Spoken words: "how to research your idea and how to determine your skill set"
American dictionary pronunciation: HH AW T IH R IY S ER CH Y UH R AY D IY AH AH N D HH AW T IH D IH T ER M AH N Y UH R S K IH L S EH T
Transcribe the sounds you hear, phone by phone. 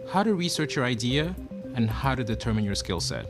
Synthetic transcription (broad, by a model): HH AW T IH R IY S ER CH Y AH R AY D IY AH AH N HH AW T IH D IH T ER M AH N Y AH R S K IH L S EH T